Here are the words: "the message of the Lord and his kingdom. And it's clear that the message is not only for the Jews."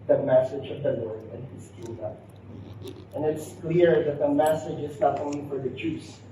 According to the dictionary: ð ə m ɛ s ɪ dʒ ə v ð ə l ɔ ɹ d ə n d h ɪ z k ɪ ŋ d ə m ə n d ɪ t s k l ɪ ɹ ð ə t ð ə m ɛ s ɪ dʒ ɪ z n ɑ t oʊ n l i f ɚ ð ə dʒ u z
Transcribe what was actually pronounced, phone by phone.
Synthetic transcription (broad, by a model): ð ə m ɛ s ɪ dʒ ə v ð ə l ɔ ɹ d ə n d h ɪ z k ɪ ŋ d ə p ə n ɪ t s k l ɪ ɹ ð ə t ð ə m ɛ s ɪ dʒ ɪ z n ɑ t oʊ n l i f ɚ ð ə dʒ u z